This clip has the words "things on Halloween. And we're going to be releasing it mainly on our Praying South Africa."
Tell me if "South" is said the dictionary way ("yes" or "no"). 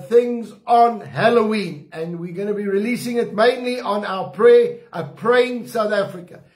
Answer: yes